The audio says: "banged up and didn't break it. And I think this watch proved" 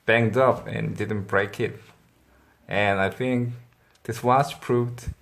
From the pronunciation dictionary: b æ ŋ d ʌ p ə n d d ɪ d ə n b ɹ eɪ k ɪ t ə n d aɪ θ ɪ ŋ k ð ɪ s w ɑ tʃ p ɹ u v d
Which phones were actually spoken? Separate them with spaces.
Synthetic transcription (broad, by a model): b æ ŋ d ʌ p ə n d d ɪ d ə n b ɹ eɪ k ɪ t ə n aɪ θ ɪ ŋ k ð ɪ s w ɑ s p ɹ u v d